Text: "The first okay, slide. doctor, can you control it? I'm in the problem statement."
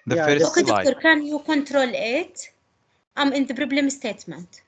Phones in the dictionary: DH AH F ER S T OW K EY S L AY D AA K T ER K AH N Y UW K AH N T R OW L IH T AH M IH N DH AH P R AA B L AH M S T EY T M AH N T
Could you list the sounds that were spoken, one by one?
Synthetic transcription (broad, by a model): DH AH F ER OW K EY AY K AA T K AH N Y UW K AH N T R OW L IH T AH M IH N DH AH B R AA B L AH M S T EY T M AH N T